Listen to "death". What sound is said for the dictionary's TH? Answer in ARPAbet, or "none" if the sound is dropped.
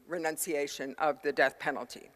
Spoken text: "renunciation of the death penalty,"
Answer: TH